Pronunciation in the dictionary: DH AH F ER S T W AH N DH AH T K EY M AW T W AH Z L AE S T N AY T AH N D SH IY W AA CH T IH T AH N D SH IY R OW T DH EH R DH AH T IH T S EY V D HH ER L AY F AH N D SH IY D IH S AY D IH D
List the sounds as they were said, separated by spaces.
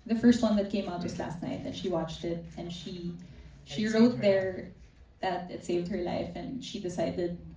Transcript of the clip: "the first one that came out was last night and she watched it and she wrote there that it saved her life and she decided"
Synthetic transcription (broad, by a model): DH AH F ER S T W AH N DH AH T K EY M AW T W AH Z L AE S T N AY T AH N SH IY W AA CH T IH T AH N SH SH IY R OW T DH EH R DH AH T IH T S EY V D HH ER L AY F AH N SH IY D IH S AY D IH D